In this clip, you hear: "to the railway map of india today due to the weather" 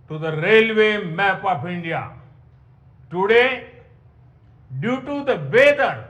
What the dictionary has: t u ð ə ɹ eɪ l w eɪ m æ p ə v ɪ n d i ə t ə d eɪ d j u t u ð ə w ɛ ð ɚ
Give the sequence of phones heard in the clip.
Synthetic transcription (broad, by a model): t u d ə ɹ eɪ l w eɪ m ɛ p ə p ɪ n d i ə t ə d eɪ d j u t u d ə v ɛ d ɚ